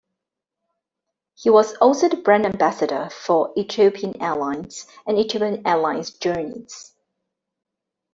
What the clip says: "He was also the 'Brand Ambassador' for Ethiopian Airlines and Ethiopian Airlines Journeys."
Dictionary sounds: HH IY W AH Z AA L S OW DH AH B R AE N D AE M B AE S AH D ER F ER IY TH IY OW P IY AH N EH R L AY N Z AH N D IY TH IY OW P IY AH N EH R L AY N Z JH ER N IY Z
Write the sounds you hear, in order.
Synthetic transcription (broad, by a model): HH IY W AH Z AA L S OW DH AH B R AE N AE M B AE S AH D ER F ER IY T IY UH P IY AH N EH L AY N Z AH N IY T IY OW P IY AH N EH L AY N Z JH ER N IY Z